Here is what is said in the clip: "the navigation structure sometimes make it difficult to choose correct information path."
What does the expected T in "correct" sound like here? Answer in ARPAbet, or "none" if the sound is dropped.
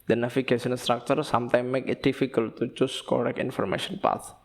none